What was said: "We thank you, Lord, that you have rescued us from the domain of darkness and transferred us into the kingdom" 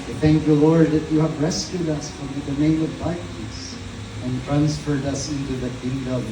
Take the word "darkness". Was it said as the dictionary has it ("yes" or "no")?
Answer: no